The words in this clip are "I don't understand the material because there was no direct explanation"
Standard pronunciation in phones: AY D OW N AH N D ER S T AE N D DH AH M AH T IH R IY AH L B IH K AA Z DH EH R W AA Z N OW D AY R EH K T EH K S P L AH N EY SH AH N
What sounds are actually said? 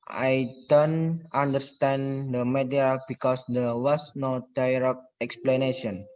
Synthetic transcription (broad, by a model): AY D OW N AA N D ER S T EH N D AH M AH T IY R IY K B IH K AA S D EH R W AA S N OW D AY R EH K EH K S P L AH N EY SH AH N